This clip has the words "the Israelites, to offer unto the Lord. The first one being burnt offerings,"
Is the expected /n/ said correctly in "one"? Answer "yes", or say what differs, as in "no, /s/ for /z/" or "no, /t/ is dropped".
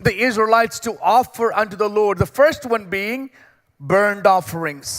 yes